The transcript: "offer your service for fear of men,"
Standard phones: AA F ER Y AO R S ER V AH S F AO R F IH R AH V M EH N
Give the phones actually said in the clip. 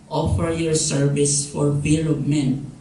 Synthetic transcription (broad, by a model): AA F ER Y AO R S ER V AH S F AO R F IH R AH P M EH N